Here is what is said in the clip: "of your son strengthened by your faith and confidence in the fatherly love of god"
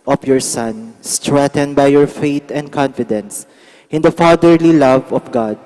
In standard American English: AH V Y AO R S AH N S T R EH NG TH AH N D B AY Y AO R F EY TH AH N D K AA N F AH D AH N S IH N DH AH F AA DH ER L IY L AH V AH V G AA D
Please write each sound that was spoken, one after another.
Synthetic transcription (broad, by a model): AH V Y AO R S AH N S T R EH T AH N B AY Y AO R F EY T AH N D K AA N F AH D AH N S IH N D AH F AA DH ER L IY L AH V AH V G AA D